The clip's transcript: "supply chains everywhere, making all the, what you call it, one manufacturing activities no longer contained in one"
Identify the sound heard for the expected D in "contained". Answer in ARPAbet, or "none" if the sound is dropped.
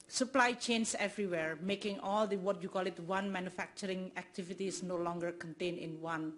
none